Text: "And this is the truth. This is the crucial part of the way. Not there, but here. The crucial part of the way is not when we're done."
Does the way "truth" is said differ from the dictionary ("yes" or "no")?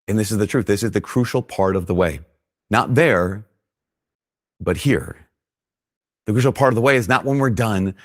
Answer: no